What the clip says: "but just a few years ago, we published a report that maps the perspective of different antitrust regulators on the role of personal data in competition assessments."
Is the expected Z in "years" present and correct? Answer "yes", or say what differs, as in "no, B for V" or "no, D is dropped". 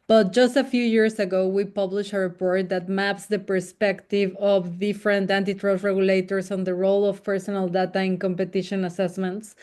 no, S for Z